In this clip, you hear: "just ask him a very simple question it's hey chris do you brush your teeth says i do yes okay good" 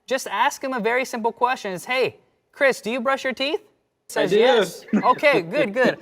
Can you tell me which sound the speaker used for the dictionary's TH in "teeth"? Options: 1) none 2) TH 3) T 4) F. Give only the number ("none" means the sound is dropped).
2